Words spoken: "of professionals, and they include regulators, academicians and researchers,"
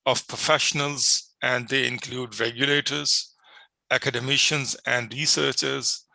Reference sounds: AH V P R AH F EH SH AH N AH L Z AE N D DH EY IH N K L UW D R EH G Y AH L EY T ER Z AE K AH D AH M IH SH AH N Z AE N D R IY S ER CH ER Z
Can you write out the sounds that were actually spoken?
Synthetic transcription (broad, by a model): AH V P R AH F EH SH AH N AH L Z AE N D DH EY IH N K L UW D R EH G Y AH L EY T ER Z AE K AH D AH M IH SH AH N Z AE N D R IY S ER CH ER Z